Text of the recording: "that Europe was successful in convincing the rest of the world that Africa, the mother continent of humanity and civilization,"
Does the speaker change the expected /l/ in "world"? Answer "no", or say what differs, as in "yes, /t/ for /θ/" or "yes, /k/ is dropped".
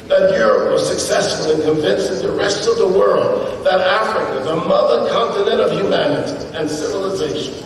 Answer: no